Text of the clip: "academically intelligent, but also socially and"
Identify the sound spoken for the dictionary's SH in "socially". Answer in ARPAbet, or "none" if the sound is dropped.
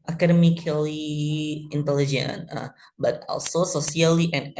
S